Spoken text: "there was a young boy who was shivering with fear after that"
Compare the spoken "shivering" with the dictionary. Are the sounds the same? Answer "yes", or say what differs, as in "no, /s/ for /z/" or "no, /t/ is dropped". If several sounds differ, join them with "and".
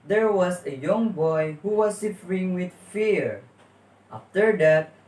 no, /f/ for /v/